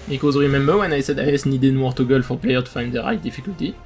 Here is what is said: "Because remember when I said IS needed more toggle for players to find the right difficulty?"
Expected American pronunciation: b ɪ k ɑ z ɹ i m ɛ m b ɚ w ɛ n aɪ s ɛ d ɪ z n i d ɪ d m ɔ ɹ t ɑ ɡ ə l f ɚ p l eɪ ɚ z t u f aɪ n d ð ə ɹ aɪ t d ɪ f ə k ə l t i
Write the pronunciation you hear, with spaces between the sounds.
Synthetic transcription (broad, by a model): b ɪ k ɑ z ɹ i m ɛ m b ɚ w ɛ n aɪ s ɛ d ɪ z n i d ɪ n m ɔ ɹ t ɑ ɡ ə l f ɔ p l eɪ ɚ t u f aɪ n d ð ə ɹ aɪ t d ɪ f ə k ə l t i